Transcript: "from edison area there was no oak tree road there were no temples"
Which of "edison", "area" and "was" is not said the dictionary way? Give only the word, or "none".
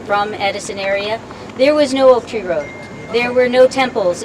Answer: none